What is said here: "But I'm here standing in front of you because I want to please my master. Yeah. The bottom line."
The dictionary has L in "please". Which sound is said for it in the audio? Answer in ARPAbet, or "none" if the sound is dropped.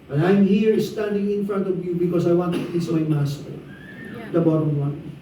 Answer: none